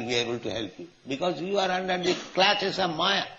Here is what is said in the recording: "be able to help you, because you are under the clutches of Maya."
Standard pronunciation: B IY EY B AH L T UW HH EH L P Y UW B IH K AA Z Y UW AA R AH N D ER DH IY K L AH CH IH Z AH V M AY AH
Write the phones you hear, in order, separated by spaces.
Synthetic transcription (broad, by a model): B IY EY B AH L T UW HH EH L P Y UW B IH K AA Z Y UW AA R AH N D ER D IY K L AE S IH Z AH V M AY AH